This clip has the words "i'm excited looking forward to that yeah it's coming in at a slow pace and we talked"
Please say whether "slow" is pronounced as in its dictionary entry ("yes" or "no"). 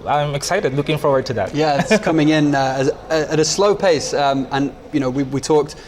yes